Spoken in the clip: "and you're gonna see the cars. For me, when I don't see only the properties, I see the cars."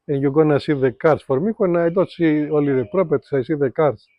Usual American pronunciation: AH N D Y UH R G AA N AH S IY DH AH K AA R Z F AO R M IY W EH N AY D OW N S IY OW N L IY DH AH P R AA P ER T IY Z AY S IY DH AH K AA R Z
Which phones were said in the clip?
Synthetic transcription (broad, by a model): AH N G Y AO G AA N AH S IY DH AH K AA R S F AO R M IY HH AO N AY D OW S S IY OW L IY DH AH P R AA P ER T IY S AY S IY DH AH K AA R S